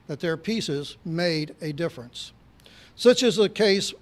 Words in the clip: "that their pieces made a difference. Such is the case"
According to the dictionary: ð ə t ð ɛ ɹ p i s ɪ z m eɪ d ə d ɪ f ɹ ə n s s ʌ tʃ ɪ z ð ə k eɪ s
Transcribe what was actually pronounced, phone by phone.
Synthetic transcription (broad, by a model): ð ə t ð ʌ ɹ p i s ɪ z m eɪ d ə d ɪ f ɹ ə n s s ʌ tʃ ɪ z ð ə k eɪ s